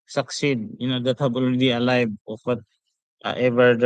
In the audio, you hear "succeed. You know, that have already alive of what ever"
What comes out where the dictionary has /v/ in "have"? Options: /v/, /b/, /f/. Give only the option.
/b/